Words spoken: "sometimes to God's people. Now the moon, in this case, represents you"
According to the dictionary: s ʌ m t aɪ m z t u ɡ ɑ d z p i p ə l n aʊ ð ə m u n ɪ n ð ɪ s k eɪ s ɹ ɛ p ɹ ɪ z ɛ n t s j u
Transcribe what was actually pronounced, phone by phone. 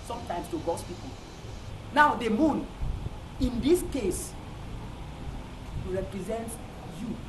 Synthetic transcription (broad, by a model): s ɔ m t aɪ m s t u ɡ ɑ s p i p ə l n aʊ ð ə m u n ɪ n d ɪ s k eɪ s ɹ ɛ p ɹ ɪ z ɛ n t j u